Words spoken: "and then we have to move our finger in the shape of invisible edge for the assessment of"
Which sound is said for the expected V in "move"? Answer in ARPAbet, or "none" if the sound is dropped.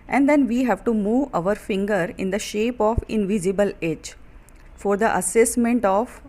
V